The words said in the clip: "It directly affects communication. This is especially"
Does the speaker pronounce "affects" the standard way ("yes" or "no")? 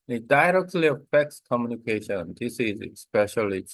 yes